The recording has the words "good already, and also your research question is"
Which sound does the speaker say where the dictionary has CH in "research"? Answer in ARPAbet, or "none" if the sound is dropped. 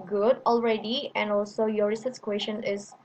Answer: S